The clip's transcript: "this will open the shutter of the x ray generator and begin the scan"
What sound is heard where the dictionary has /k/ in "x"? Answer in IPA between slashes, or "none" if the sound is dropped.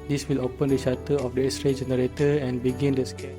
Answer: none